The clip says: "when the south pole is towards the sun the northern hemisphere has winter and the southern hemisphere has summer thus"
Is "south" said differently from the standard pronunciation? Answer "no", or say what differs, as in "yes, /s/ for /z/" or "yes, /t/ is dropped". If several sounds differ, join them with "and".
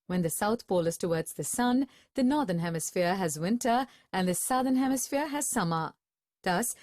no